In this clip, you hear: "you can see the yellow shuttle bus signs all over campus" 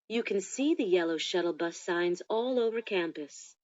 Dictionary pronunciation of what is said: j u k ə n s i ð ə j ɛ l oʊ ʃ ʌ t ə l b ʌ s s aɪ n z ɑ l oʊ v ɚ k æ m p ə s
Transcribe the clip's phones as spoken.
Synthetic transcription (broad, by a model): j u k ə n s i ð ə j ɛ l oʊ ʃ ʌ t l b ʌ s s aɪ n z ɑ l oʊ v ɚ k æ m p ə s